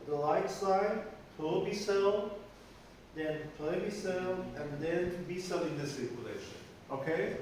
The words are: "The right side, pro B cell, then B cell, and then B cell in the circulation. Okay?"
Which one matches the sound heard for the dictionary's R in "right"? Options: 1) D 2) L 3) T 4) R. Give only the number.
2